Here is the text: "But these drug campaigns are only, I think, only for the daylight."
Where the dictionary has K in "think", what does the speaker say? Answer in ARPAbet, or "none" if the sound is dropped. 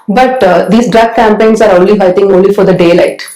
none